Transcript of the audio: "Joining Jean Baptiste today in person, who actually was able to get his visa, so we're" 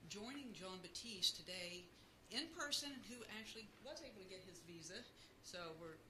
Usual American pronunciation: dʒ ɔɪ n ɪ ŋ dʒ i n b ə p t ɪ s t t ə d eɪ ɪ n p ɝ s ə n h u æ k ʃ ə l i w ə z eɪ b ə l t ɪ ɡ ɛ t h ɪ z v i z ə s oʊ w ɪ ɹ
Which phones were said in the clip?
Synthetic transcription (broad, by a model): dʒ ɔɪ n ɪ ŋ dʒ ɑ n b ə t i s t t ə d eɪ ɪ n p ɝ s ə n h u æ k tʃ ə l i w ə z eɪ b l t ɪ ɡ ɛ t h ɪ z v i z ə s oʊ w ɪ ɹ